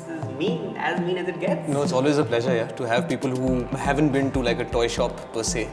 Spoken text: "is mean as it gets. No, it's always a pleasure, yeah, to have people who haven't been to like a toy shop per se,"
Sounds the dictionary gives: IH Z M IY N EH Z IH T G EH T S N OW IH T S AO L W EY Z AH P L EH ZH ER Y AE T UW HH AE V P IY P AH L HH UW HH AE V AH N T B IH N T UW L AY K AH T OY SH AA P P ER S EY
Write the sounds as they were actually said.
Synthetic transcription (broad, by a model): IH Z M IY N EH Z IH T G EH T N OW IH T S AO L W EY Z AH P L EH ZH ER Y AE T UW HH AE V P IY P AH L HH UW HH AE V AH N T B IH N T UW L AY K AH T OY SH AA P P ER S EY